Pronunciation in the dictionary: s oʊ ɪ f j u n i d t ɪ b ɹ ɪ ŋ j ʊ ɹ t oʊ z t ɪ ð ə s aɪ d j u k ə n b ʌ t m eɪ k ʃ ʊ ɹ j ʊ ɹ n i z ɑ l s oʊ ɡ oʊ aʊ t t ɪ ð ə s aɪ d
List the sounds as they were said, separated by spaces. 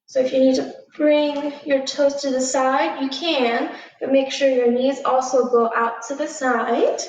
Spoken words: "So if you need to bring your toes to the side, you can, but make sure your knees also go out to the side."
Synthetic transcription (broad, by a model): s oʊ ɪ f j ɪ n i d t ɪ b ɹ ɪ ŋ j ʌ ɹ t oʊ s t ɪ ð ə s aɪ d j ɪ k ə n b ʌ t m eɪ k ʃ ʊ ɹ j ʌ ɹ n i z ɑ l s oʊ ɡ oʊ aʊ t t ɪ ð ə s aɪ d